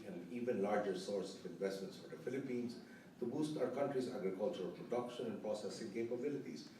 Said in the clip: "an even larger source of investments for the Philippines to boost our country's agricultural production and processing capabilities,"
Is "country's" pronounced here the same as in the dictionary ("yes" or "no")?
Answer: yes